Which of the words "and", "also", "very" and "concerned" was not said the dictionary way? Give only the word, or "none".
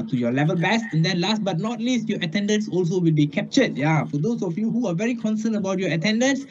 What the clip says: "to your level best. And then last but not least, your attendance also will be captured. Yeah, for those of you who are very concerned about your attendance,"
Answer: concerned